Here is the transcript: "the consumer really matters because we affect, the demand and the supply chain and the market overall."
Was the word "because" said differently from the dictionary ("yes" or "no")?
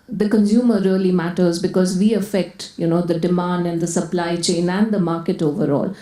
no